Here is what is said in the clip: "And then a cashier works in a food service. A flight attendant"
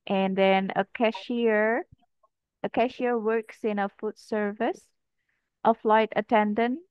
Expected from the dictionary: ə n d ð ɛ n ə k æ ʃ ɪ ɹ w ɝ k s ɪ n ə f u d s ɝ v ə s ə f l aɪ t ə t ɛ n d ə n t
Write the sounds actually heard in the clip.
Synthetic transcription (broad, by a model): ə n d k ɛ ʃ ə k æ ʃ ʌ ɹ w ɝ k s ɪ n ə f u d s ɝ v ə s ə f l aɪ t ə t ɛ n d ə n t